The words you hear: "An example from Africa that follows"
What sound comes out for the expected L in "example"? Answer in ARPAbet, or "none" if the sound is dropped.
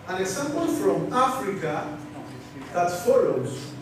N